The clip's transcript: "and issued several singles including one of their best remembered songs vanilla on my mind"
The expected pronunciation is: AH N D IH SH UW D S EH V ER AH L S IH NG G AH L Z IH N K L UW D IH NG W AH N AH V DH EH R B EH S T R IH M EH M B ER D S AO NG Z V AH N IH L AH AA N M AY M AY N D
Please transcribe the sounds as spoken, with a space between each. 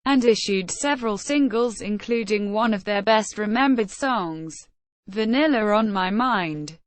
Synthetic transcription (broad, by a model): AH N IH SH UW D S EH V ER AH L S IH NG G AH L Z IH N K L UW D IH NG W AH N AH V DH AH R B EH S T R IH M EH M B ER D S AO NG Z V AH N IH L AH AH N M AY M AY N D